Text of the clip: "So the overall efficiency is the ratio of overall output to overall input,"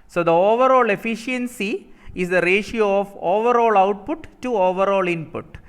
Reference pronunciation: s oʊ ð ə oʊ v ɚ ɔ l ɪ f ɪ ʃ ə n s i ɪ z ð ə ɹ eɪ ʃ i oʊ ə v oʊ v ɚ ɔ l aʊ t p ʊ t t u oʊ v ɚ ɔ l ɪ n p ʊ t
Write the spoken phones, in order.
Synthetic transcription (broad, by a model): s oʊ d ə oʊ v ɚ ɔ l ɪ f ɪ ʃ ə n s i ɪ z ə ɹ eɪ ʃ i oʊ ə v oʊ v ɚ ɔ l aʊ t p ʊ t t u oʊ v ɚ ɔ l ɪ n p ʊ t